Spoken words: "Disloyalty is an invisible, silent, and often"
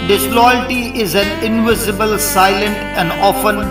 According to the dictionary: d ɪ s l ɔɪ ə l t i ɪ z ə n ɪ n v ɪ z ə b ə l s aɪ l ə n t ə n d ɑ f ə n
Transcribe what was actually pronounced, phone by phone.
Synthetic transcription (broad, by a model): d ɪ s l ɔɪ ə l t i ɪ z ə n ɪ n v ɪ z ə b ə l s aɪ l ə n t ə n d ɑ f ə n